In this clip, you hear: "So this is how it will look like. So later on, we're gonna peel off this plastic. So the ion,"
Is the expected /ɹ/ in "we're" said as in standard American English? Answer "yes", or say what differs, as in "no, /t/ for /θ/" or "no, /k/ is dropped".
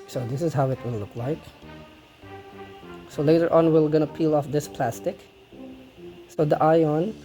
no, /l/ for /ɹ/